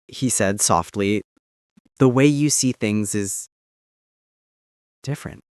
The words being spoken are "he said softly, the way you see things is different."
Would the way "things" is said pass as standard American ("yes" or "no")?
yes